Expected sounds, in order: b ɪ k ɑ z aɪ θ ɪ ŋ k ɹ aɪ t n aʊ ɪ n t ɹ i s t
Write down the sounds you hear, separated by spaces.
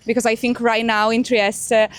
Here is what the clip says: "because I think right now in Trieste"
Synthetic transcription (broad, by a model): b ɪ k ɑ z aɪ θ ɪ ŋ k ɹ aɪ t n aʊ ɪ n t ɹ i s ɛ